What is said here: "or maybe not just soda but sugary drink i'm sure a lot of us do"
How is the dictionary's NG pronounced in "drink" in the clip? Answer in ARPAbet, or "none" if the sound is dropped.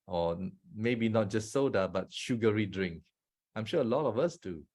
NG